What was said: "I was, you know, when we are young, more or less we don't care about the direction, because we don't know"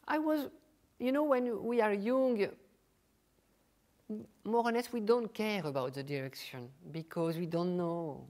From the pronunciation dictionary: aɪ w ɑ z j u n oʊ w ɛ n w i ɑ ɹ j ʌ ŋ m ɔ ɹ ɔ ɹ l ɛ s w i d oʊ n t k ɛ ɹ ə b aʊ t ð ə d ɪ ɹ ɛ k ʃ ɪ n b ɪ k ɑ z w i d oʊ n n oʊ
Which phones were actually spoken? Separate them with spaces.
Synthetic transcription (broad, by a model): aɪ w ɑ z j u n oʊ w ɛ n w i ɑ ɹ j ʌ ŋ m ɔ ɹ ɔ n l ɛ s w i d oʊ n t k ɛ ɹ ə b aʊ t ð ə d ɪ ɹ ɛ k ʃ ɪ n b ɪ k ɑ z w i d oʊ n n oʊ